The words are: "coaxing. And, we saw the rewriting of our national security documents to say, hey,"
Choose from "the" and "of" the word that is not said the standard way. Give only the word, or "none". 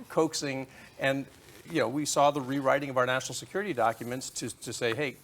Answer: none